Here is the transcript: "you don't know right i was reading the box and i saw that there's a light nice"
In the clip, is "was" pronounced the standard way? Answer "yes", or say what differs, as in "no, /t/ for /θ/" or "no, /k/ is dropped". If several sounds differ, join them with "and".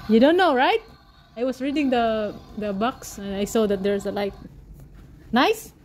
no, /s/ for /z/